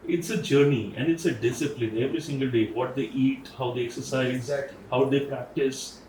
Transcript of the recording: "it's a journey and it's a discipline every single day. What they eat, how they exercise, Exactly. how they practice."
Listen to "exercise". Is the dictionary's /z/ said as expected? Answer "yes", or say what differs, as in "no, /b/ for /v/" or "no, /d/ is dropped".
no, /z/ is dropped